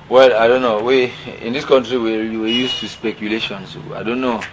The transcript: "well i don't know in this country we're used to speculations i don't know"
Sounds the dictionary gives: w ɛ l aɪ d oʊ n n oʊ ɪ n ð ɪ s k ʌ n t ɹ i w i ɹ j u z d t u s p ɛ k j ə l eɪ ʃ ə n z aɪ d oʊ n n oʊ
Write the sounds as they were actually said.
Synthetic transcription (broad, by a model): w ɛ l aɪ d oʊ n n oʊ ɪ n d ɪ s k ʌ n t ɹ i w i w j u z t u s p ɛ k j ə l eɪ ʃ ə n s aɪ d oʊ n n oʊ